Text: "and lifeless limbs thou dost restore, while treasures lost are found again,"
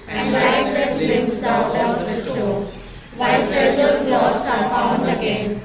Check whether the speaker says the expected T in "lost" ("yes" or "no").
no